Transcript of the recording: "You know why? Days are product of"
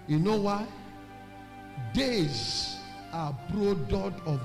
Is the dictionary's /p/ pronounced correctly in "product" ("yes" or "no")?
no